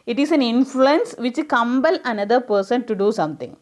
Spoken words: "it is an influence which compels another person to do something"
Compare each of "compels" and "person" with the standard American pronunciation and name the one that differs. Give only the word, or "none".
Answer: compels